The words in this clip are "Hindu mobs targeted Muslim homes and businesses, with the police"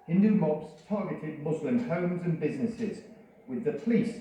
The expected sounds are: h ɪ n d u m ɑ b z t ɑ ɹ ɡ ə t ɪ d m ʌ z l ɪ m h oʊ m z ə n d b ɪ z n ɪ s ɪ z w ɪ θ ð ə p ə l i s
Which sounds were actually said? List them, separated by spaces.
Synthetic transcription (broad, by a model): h ɪ n d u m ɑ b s t ɑ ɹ ɡ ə t ɪ d m ʌ z l ɪ m h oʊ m z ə n b ɪ z n ɪ s ɪ z w ɪ ð ə p ə l i s